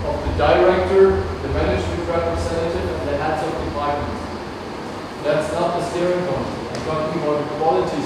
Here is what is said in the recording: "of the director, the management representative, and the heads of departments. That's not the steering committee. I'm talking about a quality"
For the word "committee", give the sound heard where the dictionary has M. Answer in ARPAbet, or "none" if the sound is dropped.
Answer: none